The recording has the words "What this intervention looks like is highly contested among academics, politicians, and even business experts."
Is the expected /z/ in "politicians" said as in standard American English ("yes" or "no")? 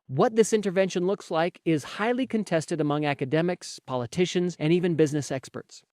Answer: yes